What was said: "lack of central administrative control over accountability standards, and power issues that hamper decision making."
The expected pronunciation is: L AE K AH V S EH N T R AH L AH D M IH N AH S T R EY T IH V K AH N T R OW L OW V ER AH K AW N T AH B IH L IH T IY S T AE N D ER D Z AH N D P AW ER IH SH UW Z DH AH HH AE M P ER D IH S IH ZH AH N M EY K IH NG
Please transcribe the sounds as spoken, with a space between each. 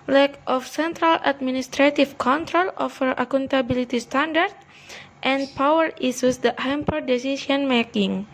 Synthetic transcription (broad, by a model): L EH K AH F S EH N T R AH L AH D M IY N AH S T R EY T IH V K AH N T R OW L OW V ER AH K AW N T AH B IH L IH T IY S T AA N D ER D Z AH N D P AW ER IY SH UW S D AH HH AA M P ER D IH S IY S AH N M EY K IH NG